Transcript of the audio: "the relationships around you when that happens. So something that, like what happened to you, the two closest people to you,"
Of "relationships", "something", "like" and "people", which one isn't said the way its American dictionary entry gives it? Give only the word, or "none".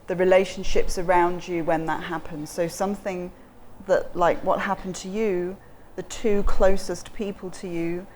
none